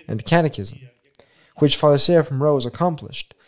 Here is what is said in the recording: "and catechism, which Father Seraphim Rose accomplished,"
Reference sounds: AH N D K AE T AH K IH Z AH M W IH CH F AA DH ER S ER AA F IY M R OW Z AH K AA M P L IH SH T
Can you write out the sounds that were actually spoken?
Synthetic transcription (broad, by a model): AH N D K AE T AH K IH Z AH M W IH CH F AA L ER S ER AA F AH M R OW Z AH K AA M P L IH SH T